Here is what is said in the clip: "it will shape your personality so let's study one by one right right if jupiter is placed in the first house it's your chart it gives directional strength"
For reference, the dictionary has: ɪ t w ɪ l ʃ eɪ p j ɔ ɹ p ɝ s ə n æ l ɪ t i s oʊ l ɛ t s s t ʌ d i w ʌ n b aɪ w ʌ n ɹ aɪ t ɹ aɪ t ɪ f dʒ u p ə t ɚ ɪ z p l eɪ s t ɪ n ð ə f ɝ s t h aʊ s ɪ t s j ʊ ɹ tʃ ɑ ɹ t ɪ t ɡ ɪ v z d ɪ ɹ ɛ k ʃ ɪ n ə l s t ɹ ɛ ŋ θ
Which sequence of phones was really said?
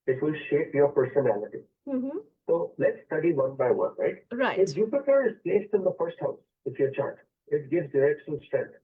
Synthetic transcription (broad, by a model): ɪ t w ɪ l ʃ eɪ p j ɔ ɹ p ɝ s ə n æ l ɪ t i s oʊ l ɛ t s s t ʌ d i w ʌ n b aɪ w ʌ n ɹ aɪ t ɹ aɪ ɪ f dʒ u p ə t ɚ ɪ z p l eɪ s t ɪ n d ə f ɝ s t h aʊ s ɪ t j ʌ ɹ tʃ ɑ ɹ t ɪ t ɡ ɪ v z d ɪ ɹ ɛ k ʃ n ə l s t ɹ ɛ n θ